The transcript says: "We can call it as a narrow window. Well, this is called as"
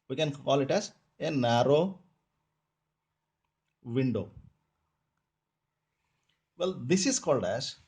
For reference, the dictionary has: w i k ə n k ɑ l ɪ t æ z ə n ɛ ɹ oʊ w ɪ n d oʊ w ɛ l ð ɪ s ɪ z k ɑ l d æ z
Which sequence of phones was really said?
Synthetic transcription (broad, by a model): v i k ə n k ɑ l ɪ t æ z ə n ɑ ɹ oʊ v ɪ n d oʊ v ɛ l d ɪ s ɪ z k ɑ l d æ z